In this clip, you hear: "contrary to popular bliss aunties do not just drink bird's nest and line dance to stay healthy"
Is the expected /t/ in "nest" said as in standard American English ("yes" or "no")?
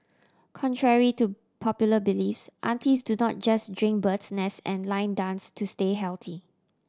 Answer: no